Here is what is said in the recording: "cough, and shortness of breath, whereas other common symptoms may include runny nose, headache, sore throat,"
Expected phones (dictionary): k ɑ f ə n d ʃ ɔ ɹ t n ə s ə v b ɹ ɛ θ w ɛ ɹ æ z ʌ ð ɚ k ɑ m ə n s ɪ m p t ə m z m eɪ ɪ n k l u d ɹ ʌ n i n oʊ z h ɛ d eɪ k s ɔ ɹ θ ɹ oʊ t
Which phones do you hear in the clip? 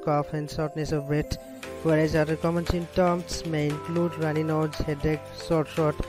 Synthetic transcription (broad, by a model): k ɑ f ə n d s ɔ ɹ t n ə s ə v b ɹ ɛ t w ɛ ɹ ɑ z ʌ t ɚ k ɑ m ə n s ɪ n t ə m s m eɪ ɪ n k l u d ɹ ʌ n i n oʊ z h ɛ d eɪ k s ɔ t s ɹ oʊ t